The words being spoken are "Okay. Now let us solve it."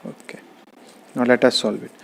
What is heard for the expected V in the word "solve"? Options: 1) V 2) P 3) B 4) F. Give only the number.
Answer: 3